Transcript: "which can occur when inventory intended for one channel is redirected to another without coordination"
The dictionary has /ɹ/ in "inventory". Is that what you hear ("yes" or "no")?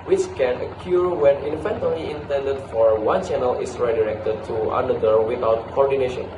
no